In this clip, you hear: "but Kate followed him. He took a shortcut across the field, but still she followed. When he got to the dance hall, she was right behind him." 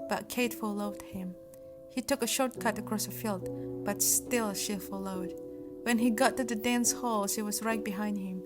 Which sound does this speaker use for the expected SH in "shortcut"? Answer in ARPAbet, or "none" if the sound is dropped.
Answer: SH